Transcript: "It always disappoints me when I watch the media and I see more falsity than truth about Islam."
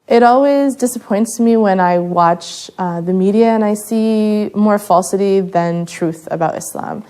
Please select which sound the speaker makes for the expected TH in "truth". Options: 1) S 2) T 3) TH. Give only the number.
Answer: 3